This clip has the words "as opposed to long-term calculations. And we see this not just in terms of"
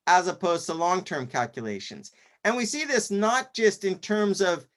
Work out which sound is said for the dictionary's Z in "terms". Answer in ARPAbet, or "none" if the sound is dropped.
Z